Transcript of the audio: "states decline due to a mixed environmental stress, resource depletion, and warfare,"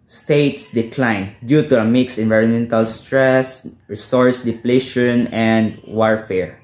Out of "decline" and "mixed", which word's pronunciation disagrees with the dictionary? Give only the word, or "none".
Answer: mixed